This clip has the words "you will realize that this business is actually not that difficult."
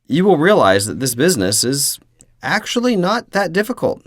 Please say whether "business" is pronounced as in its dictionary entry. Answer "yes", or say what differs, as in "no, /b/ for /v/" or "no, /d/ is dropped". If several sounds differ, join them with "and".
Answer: yes